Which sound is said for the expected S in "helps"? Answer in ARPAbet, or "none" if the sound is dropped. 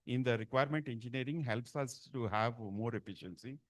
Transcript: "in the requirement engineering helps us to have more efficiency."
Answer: S